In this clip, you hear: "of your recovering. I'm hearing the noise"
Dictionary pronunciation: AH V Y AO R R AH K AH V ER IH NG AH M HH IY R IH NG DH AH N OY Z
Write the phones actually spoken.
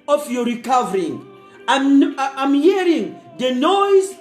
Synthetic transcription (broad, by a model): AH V Y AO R R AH K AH V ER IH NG AH M HH IY R IH NG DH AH N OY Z